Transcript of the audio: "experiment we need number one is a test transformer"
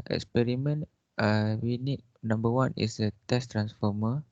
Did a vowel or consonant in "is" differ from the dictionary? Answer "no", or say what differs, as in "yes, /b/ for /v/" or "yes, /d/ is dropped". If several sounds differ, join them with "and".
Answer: yes, /s/ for /z/